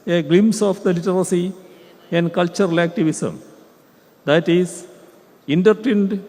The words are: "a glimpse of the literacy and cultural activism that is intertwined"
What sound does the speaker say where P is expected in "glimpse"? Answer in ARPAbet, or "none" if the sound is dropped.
none